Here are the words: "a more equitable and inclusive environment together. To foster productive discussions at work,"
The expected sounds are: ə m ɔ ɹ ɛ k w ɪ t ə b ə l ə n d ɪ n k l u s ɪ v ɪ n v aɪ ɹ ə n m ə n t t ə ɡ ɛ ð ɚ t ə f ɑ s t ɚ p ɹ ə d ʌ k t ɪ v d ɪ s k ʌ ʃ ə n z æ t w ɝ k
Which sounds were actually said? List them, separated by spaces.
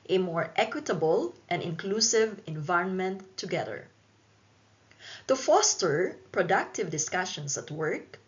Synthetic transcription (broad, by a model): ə m ɔ ɹ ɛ k w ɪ t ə b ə l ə n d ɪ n k l u s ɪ v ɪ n v aɪ ɹ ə n m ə n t t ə ɡ ɛ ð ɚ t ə f ɑ s t ɚ p ɹ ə d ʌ k t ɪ v d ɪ s k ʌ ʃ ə n s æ t w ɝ k